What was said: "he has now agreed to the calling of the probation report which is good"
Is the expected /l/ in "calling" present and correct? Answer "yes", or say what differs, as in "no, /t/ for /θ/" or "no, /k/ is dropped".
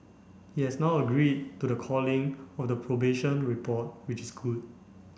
yes